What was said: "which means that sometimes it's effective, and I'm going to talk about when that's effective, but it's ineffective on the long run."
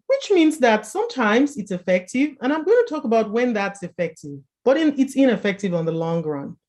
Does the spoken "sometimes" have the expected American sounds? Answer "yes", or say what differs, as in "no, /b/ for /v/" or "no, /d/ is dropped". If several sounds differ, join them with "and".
yes